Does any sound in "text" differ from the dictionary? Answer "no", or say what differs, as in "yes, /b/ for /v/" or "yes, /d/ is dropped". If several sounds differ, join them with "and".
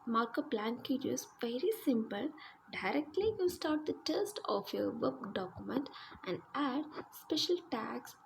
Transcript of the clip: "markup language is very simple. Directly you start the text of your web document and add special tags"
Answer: yes, /k/ is dropped